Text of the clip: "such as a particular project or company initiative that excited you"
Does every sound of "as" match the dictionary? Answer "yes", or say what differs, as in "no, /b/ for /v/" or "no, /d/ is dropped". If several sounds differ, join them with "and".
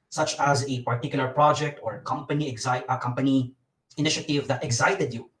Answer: yes